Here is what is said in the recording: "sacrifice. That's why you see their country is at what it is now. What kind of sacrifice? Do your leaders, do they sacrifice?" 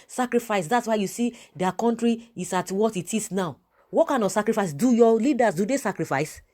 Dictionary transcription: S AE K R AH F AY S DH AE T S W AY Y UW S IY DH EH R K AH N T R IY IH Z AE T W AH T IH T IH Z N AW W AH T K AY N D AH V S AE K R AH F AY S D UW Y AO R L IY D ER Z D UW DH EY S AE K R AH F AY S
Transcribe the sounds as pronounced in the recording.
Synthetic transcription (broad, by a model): S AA K R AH F AY S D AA T S W AY Y UW S IY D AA K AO N T R IY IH S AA T W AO T IH T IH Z N AW W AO T K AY N AH S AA K R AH F AY S D UW Y AO L IY D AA S D UW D EY S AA K R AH F AY S